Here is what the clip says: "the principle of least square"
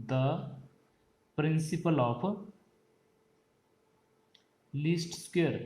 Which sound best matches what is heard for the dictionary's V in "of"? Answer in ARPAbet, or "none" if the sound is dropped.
P